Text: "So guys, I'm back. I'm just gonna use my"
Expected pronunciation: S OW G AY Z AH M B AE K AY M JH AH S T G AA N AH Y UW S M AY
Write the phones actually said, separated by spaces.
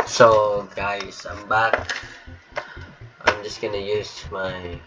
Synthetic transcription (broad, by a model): S OW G AY S AH M B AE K AY M JH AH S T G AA N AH Y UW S M AY